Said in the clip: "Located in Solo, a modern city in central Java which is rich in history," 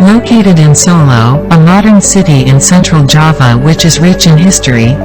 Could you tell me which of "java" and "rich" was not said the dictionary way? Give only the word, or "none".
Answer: none